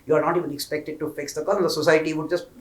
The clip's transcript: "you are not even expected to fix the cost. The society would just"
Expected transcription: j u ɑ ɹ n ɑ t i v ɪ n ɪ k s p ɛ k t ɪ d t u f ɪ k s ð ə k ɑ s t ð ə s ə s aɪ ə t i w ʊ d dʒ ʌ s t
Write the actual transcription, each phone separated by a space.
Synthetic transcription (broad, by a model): j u ɑ ɹ n ɑ t i v ɪ n ɪ k s p ɛ k t ɪ d t u f ɪ k s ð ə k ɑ t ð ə s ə s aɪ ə t i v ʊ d dʒ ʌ s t